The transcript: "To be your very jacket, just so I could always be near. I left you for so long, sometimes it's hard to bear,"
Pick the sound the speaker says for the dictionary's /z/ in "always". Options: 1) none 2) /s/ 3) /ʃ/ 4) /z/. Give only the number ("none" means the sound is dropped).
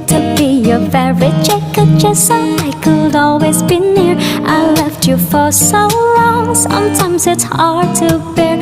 4